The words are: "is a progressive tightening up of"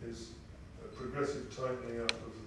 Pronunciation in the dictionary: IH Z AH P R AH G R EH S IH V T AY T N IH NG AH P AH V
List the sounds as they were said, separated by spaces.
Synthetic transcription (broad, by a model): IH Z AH P R AH G R EH S IH V T AY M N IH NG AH F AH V